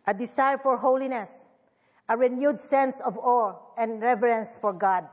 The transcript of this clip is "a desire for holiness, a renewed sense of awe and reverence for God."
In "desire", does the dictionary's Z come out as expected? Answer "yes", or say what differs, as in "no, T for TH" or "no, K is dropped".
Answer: no, S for Z